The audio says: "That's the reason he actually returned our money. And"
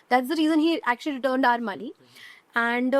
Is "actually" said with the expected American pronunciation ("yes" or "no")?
yes